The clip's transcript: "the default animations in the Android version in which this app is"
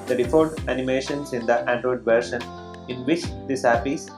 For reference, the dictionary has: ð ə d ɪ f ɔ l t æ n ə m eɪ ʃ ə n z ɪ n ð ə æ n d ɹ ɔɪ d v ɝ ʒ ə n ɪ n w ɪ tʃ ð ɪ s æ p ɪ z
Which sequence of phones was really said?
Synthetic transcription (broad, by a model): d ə d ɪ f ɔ t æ n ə m eɪ ʃ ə n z ɪ n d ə æ n d ɹ ɔɪ d v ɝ ʃ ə n ɪ n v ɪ tʃ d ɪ s æ p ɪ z